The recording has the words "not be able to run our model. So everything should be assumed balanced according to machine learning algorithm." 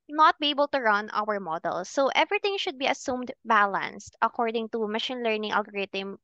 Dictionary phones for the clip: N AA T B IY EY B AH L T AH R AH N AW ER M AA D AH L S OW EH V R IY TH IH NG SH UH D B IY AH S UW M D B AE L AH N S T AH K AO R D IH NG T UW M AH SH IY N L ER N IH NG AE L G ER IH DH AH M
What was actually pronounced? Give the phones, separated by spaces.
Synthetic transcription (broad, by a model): N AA T B IY EY B AH L T AH R AH N AW ER M AA D AH L S OW EH V R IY T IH NG SH UH D B IY AH S UW M D B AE L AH N S T AH K AO R D IH NG T UW M AH SH IY N L ER N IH NG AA L G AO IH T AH M